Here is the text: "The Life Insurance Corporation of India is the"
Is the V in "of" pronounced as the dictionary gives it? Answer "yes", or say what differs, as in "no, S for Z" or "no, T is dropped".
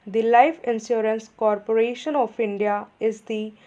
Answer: no, P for V